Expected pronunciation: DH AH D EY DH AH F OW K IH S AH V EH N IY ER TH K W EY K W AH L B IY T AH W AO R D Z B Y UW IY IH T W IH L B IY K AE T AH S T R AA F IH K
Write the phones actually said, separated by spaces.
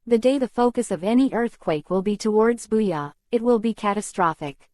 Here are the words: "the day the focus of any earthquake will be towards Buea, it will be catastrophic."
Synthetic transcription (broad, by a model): DH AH D EY DH AH F OW K IH S AH V EH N IY ER TH K W EY K W AH L B IY T AH W AO R D Z B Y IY IH T W IH L B IY K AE T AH S T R AA F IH K